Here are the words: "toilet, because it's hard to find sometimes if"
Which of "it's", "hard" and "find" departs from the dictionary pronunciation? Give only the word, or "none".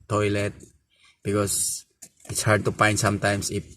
find